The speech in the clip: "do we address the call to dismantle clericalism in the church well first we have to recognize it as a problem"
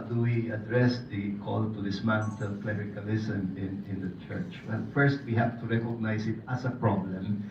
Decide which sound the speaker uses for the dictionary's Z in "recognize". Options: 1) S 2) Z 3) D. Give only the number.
1